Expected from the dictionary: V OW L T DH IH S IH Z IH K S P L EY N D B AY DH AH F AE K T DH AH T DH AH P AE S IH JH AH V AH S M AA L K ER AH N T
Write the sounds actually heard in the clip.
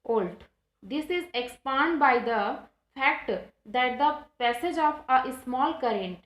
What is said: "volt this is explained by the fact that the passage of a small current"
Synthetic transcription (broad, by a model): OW L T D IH S IH Z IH K S P AA N D B AY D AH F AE K T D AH T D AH P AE S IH JH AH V AH S M AA L K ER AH N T